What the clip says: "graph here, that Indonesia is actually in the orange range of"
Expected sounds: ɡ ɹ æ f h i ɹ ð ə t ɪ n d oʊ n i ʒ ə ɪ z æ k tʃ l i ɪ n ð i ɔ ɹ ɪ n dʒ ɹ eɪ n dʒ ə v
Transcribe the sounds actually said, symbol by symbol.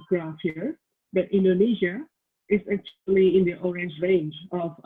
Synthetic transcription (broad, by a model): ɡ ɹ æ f h i ɹ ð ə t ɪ n d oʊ n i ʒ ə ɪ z æ k tʃ l i ɪ n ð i ɔ ɹ ɪ n dʒ ɹ eɪ n dʒ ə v